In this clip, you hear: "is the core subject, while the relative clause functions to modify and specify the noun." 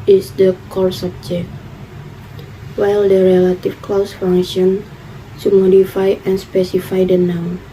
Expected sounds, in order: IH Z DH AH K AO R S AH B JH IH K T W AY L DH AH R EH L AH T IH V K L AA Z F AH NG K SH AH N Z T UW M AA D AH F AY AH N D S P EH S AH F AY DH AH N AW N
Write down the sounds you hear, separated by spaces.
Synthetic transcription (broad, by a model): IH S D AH K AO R S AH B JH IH K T W AY L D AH R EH L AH T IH F K L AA S F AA NG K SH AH N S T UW M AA D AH F AY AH N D S P EH S AH F AY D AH N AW